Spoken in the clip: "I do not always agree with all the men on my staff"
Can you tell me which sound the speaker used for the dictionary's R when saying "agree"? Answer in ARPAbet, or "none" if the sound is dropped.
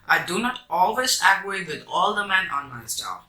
none